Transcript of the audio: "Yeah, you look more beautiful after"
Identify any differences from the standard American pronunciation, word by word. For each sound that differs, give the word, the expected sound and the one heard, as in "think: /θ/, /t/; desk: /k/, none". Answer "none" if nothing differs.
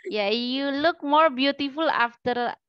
none